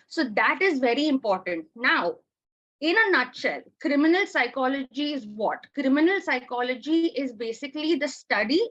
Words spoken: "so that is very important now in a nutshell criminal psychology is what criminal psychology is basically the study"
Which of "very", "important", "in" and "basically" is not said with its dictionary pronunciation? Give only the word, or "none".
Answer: none